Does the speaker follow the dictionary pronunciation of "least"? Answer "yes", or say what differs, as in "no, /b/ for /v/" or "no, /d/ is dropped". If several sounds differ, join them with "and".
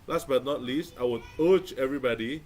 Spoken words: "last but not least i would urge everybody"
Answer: yes